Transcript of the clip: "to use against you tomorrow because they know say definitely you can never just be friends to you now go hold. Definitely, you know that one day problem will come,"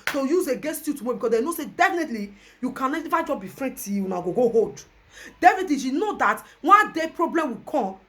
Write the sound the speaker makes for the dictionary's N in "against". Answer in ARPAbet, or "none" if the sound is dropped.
none